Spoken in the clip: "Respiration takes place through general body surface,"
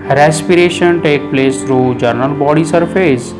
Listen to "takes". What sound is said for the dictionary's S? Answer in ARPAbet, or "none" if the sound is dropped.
none